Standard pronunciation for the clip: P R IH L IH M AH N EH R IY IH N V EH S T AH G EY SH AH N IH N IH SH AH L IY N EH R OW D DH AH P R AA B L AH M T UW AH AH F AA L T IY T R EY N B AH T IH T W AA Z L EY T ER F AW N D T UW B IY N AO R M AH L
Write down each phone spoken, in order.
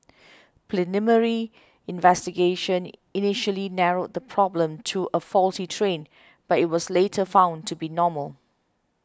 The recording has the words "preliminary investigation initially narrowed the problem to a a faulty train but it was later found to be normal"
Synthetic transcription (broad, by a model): P L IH N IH M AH R IY IH N V EH S T AH G EY SH AH N IH N IH SH AH L IY N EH R OW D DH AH P R AA B L AH M T UW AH AH F AA L T IY T R EY N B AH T IH T W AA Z L EY T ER F AW N T UW B IY N AO M AH L